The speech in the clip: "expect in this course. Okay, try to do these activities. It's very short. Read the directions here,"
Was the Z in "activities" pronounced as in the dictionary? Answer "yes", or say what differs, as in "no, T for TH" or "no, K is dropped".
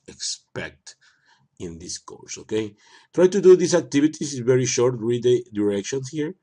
no, S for Z